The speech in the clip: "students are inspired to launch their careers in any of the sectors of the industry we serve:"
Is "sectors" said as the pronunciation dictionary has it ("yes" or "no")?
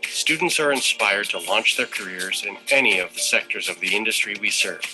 yes